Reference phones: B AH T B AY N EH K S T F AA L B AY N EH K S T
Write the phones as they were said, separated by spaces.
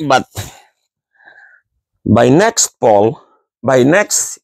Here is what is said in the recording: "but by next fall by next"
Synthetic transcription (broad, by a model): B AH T B AY N EH K S T P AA L B AY N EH K S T